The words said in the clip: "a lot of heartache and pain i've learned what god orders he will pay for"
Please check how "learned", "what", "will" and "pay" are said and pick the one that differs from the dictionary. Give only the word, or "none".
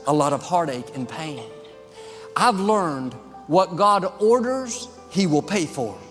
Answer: none